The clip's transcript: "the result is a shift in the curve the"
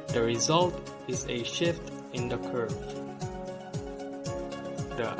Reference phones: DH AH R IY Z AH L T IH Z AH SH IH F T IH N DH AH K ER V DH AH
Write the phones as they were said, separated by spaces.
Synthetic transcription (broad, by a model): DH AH R IY Z AH L T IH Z AH SH IH F T IH N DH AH K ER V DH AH